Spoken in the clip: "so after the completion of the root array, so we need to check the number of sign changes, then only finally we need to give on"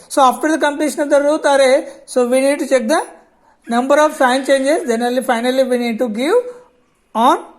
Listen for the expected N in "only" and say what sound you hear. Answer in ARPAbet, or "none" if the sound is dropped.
none